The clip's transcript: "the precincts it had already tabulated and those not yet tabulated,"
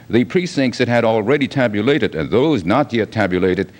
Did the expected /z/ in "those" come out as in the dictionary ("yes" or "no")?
yes